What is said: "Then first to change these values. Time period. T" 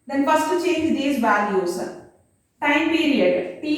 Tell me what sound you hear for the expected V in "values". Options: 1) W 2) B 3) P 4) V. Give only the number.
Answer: 2